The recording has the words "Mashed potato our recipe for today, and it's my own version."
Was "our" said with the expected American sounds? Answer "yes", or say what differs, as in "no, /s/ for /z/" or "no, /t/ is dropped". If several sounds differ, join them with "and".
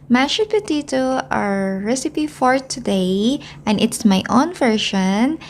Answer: yes